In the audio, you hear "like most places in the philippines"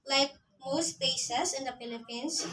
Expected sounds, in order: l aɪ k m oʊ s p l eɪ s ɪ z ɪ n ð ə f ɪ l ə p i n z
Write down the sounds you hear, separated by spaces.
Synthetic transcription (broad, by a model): l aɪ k m oʊ s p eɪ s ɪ s ɪ n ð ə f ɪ l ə p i n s